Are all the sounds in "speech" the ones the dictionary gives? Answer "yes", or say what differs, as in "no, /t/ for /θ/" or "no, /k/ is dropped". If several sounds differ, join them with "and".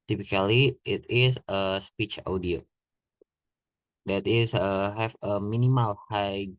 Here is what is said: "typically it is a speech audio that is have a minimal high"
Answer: yes